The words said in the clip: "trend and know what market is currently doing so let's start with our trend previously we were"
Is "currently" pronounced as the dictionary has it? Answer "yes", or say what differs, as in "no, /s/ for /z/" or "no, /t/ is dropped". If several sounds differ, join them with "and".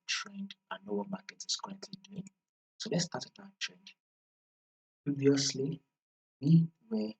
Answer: no, /l/ is dropped